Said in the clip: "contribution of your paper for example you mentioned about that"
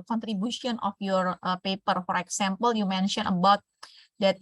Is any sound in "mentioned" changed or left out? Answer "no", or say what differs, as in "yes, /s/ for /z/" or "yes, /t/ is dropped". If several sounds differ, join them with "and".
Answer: yes, /d/ is dropped